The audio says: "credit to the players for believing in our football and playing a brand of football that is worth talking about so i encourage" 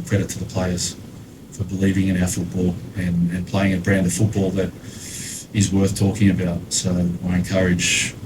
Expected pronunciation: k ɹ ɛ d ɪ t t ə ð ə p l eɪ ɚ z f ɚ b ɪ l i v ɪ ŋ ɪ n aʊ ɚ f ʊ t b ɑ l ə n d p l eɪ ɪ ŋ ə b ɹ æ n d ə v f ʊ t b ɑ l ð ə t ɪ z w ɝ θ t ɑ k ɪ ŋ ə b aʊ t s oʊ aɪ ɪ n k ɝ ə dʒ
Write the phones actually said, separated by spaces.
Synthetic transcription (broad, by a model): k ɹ ɛ d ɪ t t ə ð ə p l eɪ ɚ z f ɚ b ɪ l i v ɪ ŋ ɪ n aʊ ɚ f ʊ t b ɑ l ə n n p l eɪ ɪ ŋ ə b ɹ æ n d ə v f ʊ t b ɑ l ð ə t ɪ z w ɝ θ t ɑ k ɪ ŋ ə b aʊ t s oʊ aɪ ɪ n k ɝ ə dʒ